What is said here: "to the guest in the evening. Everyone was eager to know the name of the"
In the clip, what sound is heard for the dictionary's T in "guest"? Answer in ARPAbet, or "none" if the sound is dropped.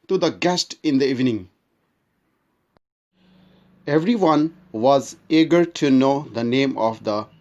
T